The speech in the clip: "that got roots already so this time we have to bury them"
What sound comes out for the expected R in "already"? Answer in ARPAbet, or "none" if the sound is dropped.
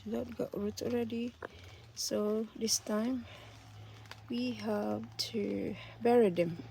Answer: R